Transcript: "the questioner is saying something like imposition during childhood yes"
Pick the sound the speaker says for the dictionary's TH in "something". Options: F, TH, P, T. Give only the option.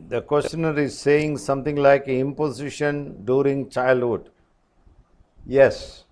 T